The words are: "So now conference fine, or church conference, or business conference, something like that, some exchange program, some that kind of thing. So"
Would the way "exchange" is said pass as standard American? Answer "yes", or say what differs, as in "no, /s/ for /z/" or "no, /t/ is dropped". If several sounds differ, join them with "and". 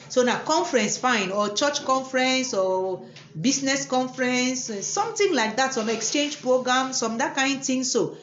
yes